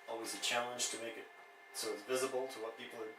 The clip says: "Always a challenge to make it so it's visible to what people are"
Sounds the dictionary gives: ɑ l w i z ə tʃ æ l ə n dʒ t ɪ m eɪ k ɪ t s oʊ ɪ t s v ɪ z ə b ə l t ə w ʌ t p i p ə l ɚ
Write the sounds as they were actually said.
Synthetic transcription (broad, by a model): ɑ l w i z ə tʃ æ l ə n ʒ t ɪ m eɪ k ɪ t s oʊ ɪ t s v ɪ z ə b l t ə w ʌ t p i p l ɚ